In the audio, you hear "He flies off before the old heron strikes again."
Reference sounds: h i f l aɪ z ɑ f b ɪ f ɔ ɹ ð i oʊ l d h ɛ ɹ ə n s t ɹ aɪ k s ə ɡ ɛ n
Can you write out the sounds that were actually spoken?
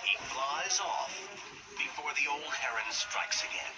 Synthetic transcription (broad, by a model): h i f l aɪ z ɑ f b ɪ f ɔ ɹ ð i oʊ l d h ɛ ɹ ə n s t ɹ aɪ k s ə ɡ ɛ n